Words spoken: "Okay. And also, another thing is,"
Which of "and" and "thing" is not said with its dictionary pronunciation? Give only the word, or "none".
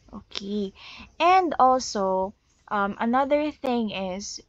none